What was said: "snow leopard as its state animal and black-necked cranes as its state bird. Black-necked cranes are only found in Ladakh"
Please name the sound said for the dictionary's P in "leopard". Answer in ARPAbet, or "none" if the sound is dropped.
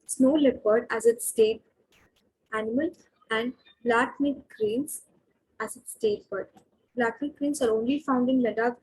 B